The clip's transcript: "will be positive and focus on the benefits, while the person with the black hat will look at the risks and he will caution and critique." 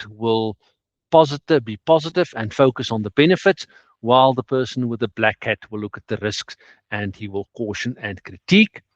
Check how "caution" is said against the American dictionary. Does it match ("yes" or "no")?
yes